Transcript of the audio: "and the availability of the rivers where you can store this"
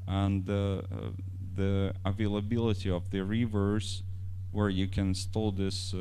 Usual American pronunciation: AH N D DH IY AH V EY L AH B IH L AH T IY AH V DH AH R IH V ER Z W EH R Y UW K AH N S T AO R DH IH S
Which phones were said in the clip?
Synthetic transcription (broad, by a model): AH N DH IY AH V EY L AH B IH L AH T IY AH V DH AH R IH V ER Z W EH R Y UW K AH N S T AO L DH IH S